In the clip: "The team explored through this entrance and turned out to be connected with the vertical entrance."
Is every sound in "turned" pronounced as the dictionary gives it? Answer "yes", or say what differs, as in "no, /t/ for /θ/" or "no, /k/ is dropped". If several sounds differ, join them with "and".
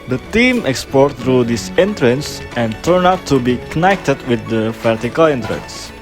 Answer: no, /d/ is dropped